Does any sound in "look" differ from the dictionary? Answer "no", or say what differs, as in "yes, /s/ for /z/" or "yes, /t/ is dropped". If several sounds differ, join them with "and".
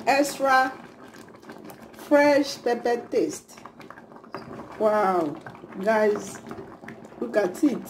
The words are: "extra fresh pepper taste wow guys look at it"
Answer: yes, /w/ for /l/